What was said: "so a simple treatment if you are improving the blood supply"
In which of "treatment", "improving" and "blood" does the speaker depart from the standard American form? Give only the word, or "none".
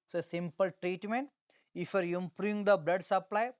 improving